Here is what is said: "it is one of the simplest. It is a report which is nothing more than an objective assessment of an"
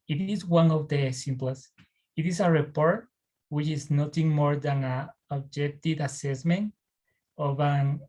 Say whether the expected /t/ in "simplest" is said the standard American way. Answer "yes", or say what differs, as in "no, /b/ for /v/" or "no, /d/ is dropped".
no, /t/ is dropped